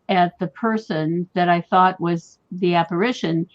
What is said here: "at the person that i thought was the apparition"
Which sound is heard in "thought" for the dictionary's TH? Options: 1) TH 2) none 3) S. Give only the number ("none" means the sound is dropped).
1